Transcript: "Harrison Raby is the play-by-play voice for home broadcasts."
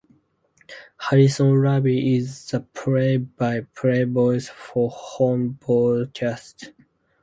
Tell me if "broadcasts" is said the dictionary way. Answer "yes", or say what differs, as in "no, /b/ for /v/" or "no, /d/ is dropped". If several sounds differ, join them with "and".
no, /ɹ/ is dropped and /s/ is dropped